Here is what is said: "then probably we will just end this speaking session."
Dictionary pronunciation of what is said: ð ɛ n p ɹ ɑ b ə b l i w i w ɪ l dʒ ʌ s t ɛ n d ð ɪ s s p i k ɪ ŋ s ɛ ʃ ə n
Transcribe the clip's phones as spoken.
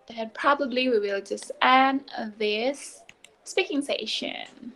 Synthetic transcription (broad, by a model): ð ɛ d p ɹ ɑ b ə b l i w i w ɪ l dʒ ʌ s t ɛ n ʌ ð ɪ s s p i k ɪ ŋ s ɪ ʃ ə n